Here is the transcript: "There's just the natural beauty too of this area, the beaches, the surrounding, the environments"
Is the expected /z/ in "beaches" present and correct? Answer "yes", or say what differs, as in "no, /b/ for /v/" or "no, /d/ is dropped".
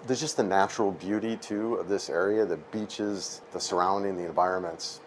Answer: yes